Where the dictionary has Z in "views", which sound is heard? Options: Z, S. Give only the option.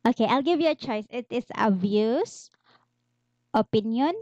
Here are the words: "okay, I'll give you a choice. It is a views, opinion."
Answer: S